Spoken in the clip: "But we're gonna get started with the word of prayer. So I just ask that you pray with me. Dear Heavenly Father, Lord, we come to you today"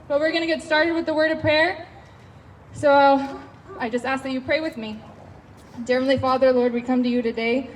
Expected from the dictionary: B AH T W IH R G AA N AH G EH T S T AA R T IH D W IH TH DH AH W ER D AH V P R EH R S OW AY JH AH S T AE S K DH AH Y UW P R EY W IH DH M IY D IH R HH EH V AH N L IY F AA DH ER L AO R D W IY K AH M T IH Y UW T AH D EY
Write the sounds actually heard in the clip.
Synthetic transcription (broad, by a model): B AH T W IH R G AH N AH G EH T S T AA R T IH D W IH DH AH W ER D AH V P R EH R S OW AY JH AH S T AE S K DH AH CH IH P R EY W IH DH M IY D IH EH F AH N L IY F AA DH ER L AO R D W IY K AH M T IH Y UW T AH D EY